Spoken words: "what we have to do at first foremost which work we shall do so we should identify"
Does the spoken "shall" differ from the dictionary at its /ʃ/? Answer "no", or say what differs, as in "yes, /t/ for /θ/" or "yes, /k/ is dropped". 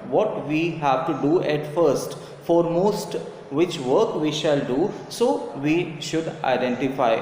no